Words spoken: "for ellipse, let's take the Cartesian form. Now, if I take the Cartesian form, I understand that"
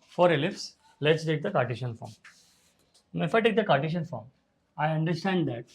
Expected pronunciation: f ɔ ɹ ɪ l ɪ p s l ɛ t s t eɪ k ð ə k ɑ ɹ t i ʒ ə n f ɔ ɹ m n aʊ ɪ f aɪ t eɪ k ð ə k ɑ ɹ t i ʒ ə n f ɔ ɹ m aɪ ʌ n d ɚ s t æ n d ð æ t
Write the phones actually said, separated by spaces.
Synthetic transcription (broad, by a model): f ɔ ɹ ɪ l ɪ f s l ɛ t s t eɪ k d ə k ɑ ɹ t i ʃ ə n f ɔ ɹ m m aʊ ɪ f aɪ t eɪ k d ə k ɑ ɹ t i ʃ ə n f ɔ ɹ m aɪ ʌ n d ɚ s t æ n d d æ t